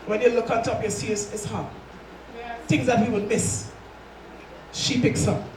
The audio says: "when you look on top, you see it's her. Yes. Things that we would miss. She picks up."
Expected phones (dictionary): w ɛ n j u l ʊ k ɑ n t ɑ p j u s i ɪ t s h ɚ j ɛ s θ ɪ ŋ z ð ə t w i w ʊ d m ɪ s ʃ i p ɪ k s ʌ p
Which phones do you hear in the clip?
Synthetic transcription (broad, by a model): w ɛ n j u l ʊ k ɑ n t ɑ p j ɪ s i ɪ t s h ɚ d θ ɪ ŋ z ð ə t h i w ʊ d m ɪ s ʃ i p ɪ k s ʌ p